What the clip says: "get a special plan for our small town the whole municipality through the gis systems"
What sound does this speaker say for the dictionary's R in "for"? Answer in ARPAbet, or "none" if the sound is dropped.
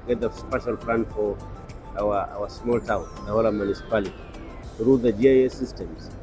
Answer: W